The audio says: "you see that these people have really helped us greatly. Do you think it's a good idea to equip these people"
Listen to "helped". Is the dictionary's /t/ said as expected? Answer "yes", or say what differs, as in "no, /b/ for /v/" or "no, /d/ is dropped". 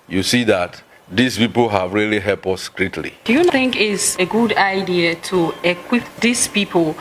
no, /t/ is dropped